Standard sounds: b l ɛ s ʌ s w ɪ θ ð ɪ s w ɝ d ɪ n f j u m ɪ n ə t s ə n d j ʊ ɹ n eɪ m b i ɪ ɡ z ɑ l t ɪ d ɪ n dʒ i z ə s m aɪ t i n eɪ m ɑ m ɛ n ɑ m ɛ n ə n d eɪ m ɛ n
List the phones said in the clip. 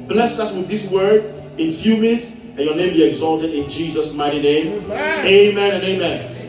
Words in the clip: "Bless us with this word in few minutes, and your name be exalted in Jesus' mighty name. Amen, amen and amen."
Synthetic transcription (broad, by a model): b l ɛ s ʌ s w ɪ ð ɪ s w ɝ d ɪ n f j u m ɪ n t ə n j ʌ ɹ n eɪ m b i ɪ ɡ z ɑ l t ɪ d ɪ n dʒ i z ə s m aɪ t i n eɪ ɑ m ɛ ɑ m ɛ n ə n eɪ m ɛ n